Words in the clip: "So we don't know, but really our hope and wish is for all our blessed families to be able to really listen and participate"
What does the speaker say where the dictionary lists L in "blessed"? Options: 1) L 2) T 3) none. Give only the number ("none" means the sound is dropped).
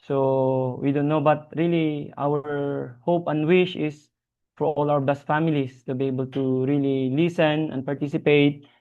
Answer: 3